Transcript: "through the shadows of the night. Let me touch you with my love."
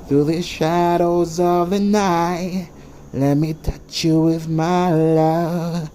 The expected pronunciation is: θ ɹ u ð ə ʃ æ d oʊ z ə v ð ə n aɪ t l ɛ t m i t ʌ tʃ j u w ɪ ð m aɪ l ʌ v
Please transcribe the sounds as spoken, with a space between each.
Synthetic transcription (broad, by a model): θ ɹ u ð ə ʃ æ d oʊ z ə v ð ə n aɪ t l ɛ t m i t ʌ tʃ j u w ɪ ð m aɪ l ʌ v